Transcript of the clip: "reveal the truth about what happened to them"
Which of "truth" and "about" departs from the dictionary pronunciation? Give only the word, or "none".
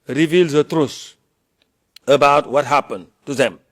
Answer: truth